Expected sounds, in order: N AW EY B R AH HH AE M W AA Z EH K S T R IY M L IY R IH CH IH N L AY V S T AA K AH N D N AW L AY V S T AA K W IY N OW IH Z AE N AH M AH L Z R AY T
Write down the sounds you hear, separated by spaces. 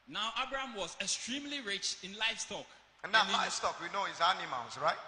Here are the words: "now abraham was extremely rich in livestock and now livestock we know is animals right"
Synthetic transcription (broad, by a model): N AW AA B R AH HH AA M W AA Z EH K S T R IY M L IY R IH CH IH N L AY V S T AA K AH N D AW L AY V S T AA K W IY N OW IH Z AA N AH M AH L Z R AY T